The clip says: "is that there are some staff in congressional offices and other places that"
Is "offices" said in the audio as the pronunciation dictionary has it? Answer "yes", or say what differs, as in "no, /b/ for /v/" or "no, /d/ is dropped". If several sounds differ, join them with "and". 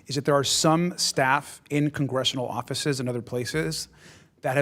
yes